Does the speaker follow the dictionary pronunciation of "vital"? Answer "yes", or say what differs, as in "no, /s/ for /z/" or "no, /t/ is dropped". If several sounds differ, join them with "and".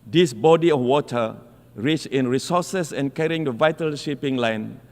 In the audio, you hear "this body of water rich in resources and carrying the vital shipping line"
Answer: yes